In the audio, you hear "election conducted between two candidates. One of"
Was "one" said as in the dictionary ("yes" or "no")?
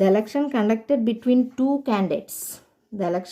no